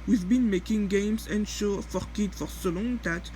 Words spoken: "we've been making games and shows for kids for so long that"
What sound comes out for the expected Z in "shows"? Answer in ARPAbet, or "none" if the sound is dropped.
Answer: none